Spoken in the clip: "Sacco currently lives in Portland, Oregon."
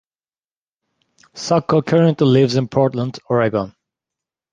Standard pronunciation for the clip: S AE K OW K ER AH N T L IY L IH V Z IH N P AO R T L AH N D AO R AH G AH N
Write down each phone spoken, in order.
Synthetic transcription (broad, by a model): S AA K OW K ER AH N T L IY L IH V Z IH N P AO R T L AH N D AO R AH G AH N